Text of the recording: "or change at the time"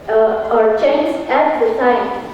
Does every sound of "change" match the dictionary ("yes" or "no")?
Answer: no